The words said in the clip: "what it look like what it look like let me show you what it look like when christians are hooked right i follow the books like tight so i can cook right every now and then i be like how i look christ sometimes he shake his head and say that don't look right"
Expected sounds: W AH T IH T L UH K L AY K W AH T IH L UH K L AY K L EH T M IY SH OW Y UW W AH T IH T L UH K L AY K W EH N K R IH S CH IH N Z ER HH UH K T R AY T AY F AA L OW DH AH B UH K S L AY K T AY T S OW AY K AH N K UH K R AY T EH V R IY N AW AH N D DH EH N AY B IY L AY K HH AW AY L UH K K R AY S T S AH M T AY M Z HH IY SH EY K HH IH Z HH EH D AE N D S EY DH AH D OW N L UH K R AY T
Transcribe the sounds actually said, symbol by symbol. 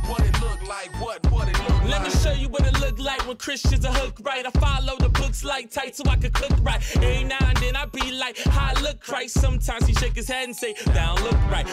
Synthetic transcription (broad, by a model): W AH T IH T L UH K L AY K W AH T IH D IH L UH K L EH T M IY SH OW Y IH W AH T IH T L UH K L AY K W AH N K R IH S CH IH N Z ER HH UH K R AY T AY F AA L OW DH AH B UH K S L AY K T AY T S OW AY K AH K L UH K R AY T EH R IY N AW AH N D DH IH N AY B IY L AY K HH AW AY L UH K K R AY T S AH M T AY M Z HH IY SH EY K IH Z HH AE N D S EY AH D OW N L UH K R AY T